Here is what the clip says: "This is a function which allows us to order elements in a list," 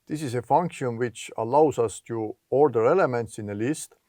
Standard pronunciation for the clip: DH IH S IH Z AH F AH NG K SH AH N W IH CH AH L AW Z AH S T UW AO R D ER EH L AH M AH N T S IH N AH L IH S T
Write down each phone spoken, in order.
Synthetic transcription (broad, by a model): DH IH S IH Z AH F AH NG K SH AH N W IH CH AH L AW S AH S T UW AO R D ER EH L AH M AH N T S IH N AH L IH S T